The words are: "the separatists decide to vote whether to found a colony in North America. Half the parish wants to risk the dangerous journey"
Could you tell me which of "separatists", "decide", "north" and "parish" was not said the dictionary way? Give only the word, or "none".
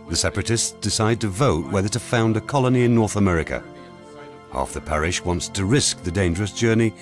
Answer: none